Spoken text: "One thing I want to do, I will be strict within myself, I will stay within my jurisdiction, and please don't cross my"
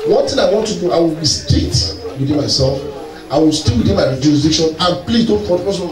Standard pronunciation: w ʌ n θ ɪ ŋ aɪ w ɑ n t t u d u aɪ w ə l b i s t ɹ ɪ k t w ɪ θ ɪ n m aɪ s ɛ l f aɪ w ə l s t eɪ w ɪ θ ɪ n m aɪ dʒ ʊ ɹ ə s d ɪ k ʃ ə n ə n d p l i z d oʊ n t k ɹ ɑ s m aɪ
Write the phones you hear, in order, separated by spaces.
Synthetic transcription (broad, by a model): w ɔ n t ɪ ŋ aɪ w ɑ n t t u d u aɪ w ə l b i s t ɛ t w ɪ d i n m aɪ s ɛ l f aɪ w ə l s t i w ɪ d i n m aɪ dʒ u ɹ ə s d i k ʃ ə n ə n p l i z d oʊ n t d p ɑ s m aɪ